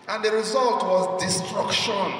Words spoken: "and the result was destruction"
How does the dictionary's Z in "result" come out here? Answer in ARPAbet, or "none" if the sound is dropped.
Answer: Z